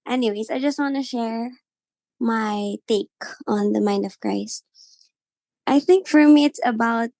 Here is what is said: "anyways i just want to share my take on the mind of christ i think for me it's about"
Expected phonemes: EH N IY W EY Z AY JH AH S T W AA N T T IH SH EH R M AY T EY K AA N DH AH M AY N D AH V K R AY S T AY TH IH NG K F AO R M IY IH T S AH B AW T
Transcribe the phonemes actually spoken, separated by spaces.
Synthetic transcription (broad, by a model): EH N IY W EY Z AY JH AH S T W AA N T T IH SH EH R M AY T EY K AA N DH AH M AY N D AH V K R AY S T AY TH IH NG K F AO R M IY IH T S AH B AW T